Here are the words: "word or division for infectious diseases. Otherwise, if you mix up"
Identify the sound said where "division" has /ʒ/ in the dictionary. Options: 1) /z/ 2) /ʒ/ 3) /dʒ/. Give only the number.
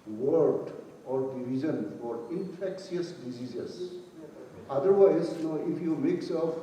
1